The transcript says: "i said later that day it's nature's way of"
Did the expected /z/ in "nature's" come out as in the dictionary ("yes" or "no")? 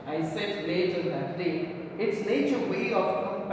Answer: no